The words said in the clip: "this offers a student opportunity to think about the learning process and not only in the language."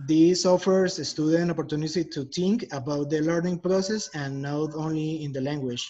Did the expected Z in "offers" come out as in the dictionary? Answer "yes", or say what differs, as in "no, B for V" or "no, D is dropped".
no, S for Z